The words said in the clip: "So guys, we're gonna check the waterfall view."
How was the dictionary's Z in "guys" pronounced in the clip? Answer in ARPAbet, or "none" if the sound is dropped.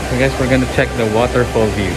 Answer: S